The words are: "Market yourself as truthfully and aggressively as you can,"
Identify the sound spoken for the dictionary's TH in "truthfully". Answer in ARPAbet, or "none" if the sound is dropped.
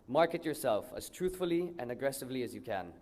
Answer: TH